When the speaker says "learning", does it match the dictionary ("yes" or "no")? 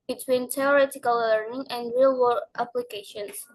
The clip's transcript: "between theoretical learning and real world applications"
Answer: no